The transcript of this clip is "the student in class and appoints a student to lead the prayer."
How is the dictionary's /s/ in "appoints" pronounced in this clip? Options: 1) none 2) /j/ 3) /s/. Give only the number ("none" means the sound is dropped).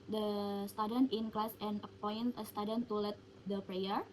1